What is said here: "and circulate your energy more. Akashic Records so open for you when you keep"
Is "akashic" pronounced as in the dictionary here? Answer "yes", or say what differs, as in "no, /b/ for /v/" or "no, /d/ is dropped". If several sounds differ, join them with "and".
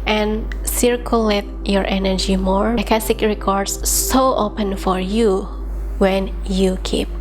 no, /s/ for /ʃ/